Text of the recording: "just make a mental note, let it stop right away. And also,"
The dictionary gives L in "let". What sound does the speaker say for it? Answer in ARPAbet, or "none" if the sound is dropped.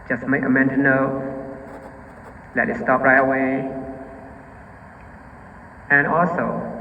L